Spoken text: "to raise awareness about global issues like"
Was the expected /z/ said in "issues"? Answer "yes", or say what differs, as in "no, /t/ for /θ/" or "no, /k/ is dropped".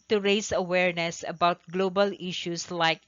no, /s/ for /z/